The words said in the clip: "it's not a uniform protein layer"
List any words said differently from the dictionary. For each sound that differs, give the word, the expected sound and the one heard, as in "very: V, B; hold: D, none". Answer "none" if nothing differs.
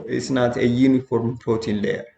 protein: R, none